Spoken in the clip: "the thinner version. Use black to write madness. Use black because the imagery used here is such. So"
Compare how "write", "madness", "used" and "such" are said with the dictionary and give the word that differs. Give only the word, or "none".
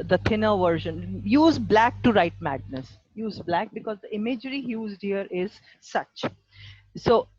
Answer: none